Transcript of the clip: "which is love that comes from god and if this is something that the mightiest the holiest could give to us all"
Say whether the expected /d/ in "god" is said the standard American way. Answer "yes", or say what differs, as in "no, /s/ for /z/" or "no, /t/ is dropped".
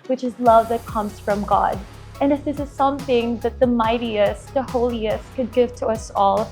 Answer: yes